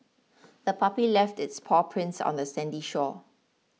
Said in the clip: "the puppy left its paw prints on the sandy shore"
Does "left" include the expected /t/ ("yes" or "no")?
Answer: yes